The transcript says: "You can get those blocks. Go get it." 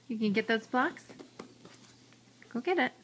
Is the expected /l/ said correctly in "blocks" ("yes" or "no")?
yes